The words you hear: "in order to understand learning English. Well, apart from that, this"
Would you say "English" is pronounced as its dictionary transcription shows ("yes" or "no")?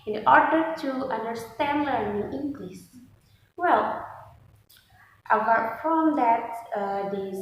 no